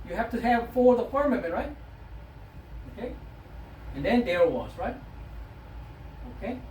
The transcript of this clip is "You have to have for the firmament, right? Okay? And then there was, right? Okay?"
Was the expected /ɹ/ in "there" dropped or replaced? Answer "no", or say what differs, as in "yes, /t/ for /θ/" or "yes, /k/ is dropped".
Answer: yes, /l/ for /ɹ/